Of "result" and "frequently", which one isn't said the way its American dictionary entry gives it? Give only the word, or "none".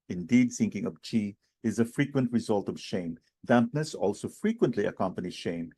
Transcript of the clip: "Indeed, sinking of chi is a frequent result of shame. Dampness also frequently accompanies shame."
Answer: none